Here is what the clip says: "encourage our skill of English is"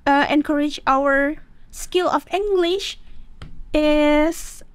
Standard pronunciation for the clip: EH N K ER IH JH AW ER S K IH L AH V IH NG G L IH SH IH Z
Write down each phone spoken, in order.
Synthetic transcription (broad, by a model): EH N K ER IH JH AW ER S K IH L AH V IH NG G L IH SH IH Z